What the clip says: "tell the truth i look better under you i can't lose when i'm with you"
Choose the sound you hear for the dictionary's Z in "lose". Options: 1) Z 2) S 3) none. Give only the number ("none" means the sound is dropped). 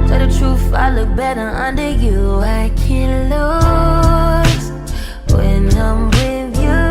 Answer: 3